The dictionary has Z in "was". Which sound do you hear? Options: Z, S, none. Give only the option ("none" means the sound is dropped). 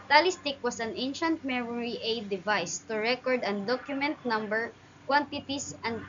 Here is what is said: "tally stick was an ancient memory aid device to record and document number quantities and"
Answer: S